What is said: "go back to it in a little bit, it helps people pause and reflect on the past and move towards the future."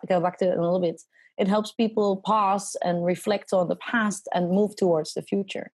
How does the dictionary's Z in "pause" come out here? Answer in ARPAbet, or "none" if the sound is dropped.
S